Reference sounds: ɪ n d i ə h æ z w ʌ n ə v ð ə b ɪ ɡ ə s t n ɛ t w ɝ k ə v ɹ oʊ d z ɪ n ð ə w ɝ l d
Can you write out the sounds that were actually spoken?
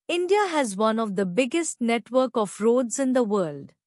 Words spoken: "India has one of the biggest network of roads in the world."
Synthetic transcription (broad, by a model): ɪ n d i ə h æ z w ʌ n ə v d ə b ɪ ɡ ə s t n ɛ t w ɝ k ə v ɹ oʊ d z ɪ n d ə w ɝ l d